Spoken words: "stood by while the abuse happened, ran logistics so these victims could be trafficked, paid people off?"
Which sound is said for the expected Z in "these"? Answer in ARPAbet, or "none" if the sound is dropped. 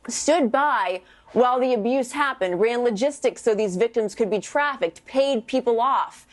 Z